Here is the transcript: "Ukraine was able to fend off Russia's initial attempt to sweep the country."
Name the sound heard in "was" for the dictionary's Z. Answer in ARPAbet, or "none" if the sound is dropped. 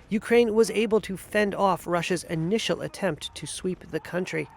Z